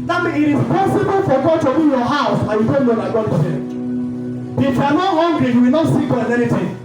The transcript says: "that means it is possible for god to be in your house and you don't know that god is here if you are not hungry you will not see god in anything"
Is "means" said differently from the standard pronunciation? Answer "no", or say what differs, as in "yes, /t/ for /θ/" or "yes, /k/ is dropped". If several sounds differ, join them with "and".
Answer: yes, /z/ is dropped